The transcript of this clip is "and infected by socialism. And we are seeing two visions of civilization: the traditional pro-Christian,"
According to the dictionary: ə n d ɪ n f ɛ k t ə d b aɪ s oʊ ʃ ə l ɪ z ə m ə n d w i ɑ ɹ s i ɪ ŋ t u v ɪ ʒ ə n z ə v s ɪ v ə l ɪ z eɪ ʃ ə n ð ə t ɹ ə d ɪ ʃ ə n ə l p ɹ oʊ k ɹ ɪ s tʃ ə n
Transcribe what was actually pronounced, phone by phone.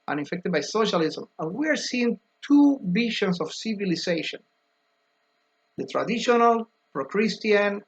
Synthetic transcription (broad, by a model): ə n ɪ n f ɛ k t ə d b aɪ s oʊ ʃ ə l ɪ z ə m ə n w i ɑ ɹ s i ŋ t u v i ʃ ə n s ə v s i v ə l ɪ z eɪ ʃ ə n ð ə t ɹ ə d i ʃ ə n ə l p ɹ oʊ k ɹ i s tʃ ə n